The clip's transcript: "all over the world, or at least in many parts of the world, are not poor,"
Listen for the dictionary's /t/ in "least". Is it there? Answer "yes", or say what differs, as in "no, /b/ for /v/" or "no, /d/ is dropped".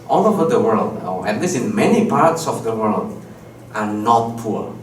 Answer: no, /t/ is dropped